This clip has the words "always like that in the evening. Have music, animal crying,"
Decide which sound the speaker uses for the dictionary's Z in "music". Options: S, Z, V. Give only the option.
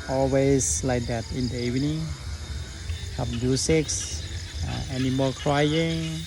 S